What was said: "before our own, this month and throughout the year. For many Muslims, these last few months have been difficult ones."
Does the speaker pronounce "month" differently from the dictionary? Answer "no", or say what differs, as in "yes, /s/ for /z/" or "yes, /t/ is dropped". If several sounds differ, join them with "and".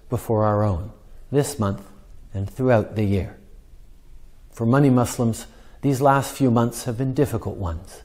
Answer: no